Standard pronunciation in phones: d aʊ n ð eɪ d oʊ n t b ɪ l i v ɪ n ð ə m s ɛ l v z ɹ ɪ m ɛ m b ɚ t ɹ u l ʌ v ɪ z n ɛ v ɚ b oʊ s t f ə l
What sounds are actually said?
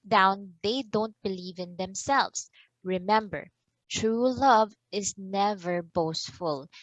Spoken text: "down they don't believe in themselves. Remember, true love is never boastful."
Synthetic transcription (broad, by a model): d aʊ n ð eɪ d oʊ n t b ɪ l i v ɪ n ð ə m s ɛ l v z ɹ ɪ m ɛ m b ɚ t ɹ u l ʌ v ɪ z n ɛ v ɚ b oʊ s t f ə l